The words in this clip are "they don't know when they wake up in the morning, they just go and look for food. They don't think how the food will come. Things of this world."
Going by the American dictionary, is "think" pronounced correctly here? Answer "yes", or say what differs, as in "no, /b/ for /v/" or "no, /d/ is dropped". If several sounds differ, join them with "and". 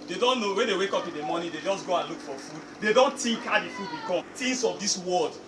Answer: no, /t/ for /θ/